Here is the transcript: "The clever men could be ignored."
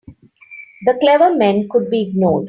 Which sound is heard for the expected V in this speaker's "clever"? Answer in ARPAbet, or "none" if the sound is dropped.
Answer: V